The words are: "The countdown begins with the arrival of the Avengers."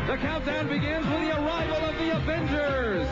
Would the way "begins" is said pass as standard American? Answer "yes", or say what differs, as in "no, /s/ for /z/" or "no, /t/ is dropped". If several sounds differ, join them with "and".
yes